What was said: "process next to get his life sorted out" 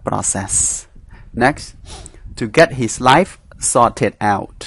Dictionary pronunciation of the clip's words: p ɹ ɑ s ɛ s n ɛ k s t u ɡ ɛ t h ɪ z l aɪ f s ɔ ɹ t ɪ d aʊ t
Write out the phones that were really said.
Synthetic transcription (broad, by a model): p ɹ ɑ s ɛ s n ɛ k s t u ɡ ɛ t h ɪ s l aɪ f s ɔ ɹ t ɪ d aʊ t